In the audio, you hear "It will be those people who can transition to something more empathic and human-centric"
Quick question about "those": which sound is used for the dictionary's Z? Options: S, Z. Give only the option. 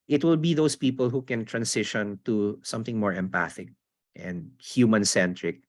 S